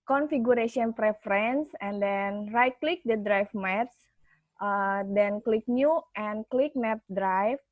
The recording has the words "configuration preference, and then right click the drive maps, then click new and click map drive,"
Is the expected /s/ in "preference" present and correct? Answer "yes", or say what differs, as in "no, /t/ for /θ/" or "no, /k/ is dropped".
yes